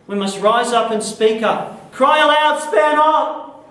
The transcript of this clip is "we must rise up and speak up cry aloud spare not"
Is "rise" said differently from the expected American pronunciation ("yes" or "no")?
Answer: no